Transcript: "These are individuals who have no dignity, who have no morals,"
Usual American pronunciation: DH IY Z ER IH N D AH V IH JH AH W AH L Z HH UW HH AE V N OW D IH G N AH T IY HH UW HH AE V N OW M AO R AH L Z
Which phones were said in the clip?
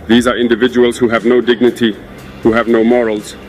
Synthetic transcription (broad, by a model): DH IY Z ER IH N D AH V IH JH AH W AH L Z HH UW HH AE V N OW D IH G N AH T IY HH UW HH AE V N OW M AO R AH L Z